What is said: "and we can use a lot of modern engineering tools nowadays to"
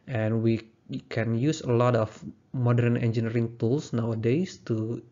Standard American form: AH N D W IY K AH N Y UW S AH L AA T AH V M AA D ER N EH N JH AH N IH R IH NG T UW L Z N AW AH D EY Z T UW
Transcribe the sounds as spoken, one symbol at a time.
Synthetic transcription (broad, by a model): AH N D W IY K AH N Y UW S AH L AA T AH F M AA D ER N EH N JH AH N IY R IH NG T UW L S N AW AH D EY S T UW